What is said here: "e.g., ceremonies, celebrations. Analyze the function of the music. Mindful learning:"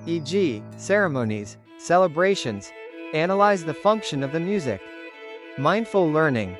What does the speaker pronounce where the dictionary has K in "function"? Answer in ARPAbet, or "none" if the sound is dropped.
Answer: K